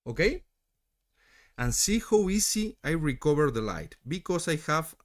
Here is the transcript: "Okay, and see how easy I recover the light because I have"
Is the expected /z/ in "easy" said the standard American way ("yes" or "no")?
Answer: no